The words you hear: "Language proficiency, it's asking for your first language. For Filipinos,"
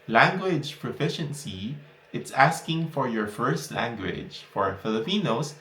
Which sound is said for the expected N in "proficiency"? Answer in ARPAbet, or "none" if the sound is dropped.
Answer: N